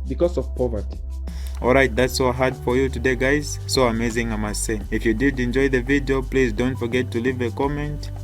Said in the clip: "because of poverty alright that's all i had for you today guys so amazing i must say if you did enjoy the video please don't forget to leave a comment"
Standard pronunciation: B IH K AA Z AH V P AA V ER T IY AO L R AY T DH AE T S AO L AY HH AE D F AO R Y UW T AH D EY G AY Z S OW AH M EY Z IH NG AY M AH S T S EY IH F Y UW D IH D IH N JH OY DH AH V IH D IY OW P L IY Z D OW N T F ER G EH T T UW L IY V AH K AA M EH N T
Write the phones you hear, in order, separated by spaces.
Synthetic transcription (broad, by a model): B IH K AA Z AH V P AA V ER T IY AO L R AY T DH AE T S AO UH HH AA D F AO R Y UW T AH D EY G AY Z S OW AH M EY Z IH NG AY M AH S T S EY IH F Y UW D IH D IH N JH OY DH AH V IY D IY OW P L IY Z D OW N T F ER G EH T T UW L IY V AH K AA M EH N T